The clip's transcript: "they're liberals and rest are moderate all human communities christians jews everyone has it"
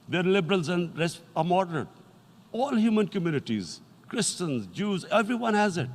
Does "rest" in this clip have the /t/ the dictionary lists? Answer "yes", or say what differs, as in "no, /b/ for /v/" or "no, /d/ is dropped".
no, /t/ is dropped